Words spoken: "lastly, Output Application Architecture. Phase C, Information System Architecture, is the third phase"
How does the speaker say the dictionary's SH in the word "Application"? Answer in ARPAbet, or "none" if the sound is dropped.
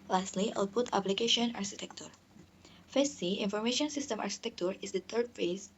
SH